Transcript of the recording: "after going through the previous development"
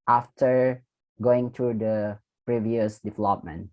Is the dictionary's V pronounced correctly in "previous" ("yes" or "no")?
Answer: yes